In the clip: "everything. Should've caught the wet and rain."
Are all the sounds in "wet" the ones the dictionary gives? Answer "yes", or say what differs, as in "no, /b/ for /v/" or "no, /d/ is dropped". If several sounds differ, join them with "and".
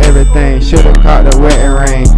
no, /t/ is dropped